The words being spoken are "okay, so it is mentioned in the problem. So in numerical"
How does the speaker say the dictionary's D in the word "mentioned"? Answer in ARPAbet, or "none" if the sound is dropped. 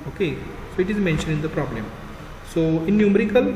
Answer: none